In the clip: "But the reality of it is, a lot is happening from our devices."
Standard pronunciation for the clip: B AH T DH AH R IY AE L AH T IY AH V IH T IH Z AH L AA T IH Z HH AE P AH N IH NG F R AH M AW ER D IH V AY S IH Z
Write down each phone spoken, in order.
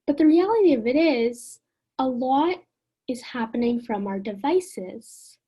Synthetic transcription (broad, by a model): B AH T DH AH R IY AE L AH T IY AH V IH T IH Z AH L AA T IH Z HH AE P AH N IH NG F R AH M AW ER D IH V AY S IH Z